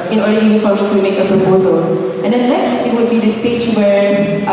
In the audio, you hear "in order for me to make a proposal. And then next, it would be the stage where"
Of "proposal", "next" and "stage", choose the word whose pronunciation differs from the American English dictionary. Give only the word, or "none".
next